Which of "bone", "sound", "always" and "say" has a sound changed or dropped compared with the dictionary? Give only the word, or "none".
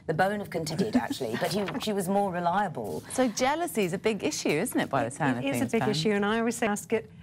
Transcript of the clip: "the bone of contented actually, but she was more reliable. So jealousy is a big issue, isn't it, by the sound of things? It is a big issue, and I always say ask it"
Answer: sound